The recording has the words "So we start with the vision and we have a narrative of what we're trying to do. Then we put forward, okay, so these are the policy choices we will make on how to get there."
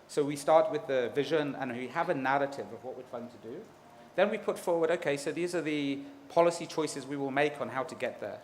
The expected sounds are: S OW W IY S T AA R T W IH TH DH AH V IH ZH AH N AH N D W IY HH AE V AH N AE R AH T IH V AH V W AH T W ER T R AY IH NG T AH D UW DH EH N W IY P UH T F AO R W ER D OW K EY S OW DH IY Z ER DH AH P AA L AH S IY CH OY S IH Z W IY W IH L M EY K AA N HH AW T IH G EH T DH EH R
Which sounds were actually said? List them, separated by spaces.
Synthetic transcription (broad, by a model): S OW W IY S T AA R T W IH DH AH V IH ZH AH N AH N W IY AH V AH N AE R AH T IH V AH V W AH T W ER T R AY IH NG T AH D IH DH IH N W IY P UH T F AO R W ER D OW K EY S OW DH IY Z ER DH AH P AA L AH S IY CH OY S IH Z W IY W IH L M EY K N HH AW T IH G EH T DH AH R